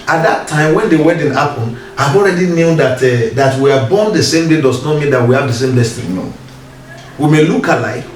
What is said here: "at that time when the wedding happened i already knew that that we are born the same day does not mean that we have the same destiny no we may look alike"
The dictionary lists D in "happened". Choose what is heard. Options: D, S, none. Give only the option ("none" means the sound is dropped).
none